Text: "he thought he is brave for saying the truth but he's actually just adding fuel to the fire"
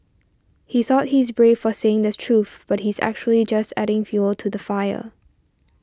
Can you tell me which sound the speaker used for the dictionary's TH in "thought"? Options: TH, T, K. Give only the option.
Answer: TH